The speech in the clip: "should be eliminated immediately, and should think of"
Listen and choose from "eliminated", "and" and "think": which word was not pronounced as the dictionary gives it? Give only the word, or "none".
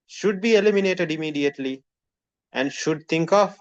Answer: think